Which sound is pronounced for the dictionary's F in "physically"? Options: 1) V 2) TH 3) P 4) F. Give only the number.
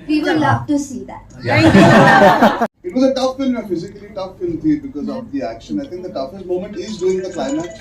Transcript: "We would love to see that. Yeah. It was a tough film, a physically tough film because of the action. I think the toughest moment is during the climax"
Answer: 4